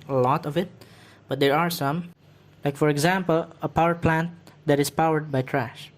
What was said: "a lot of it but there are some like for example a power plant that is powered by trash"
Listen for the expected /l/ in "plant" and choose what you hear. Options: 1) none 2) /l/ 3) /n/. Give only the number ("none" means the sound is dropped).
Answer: 2